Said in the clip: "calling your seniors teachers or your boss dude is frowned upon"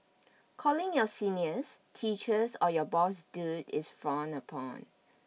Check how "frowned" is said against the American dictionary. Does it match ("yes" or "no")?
no